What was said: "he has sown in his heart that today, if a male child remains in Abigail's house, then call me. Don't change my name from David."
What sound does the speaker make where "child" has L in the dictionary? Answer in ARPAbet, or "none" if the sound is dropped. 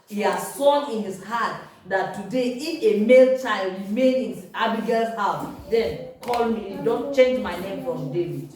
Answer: L